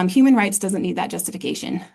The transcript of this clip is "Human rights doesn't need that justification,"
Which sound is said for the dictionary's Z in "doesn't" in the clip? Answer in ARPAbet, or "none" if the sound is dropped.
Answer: Z